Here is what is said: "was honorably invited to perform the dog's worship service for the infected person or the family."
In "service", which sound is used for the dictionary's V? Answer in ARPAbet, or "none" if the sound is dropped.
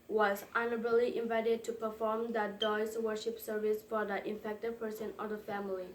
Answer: V